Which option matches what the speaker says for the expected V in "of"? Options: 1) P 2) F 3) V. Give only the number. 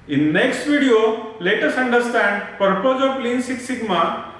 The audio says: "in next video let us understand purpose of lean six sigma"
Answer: 1